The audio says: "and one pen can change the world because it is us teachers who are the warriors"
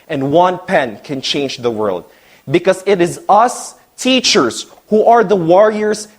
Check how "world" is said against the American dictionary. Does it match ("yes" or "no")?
yes